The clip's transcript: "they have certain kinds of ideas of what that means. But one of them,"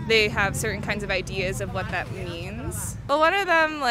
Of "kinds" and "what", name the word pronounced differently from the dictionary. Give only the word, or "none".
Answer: none